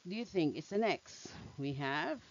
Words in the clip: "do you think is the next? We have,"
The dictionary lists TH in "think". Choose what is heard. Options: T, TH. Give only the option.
TH